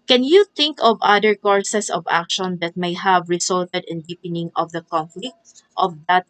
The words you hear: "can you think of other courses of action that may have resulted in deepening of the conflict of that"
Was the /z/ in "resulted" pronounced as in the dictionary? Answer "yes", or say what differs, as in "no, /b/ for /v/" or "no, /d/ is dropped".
no, /s/ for /z/